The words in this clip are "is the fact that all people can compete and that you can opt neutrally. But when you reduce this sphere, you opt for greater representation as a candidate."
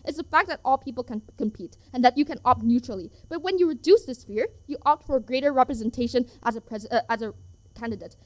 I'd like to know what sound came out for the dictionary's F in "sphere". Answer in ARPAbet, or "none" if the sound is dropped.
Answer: F